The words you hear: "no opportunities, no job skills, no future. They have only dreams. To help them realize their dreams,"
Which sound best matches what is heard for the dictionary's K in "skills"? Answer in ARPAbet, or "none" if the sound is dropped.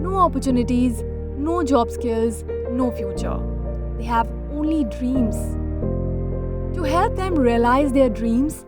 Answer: K